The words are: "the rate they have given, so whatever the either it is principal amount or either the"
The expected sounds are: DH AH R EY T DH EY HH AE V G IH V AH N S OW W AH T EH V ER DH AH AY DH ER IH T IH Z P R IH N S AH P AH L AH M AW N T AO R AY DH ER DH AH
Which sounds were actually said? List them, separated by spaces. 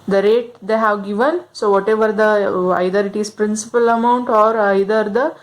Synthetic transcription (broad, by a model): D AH R EY T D EY HH AE V G IH V AH N S OW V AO T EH V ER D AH AY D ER IH T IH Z P R IH N S AH P AH L AH M AW N T AO R AY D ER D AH